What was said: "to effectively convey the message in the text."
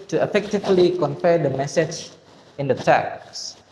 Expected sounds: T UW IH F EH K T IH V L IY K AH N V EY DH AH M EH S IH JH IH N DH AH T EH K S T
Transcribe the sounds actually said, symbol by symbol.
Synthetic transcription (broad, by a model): T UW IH F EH K T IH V L IY K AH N F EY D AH M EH S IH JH IH N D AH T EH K S